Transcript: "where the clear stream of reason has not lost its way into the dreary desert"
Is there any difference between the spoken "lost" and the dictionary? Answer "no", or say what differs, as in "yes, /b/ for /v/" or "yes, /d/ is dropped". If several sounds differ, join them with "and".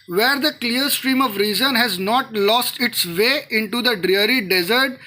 no